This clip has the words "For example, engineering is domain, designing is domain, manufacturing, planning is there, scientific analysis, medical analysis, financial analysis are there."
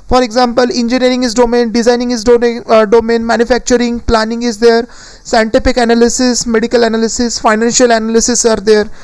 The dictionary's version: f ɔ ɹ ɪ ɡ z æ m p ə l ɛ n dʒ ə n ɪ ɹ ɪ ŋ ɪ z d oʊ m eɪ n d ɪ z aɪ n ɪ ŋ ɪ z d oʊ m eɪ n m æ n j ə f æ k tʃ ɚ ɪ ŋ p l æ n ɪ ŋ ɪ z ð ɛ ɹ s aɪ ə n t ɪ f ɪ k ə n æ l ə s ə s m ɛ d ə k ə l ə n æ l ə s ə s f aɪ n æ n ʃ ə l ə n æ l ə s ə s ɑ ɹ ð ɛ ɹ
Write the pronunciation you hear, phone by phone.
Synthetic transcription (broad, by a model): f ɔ ɹ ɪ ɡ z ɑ m p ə l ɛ n dʒ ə n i ɹ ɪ ŋ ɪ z d oʊ m eɪ n d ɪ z aɪ n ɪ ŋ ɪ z d oʊ m eɪ n m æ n j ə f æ k tʃ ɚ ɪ ŋ p l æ n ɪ ŋ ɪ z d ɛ ɹ s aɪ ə n t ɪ p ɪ k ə n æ l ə s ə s m ɛ d ə k ə l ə n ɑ l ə s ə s f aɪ n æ n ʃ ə l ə n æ l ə s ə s ɑ ɹ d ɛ ɹ